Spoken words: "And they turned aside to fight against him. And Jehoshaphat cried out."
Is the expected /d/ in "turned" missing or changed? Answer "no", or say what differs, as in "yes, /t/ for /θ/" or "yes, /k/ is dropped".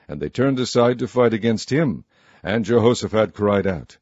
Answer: no